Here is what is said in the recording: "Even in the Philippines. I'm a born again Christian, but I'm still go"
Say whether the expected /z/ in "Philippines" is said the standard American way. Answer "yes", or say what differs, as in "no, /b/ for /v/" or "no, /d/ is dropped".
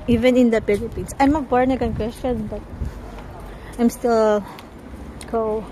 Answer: no, /s/ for /z/